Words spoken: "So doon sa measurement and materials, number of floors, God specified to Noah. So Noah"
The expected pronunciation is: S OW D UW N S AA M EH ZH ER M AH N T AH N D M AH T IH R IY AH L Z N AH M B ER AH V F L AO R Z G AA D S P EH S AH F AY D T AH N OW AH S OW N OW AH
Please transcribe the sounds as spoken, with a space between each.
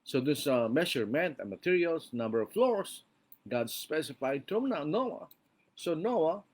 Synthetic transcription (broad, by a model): S OW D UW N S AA M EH SH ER M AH N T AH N M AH T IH R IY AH L S N AH M B ER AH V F L AO R S G AA D S P EH S AH F AY D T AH N OW AH S OW N OW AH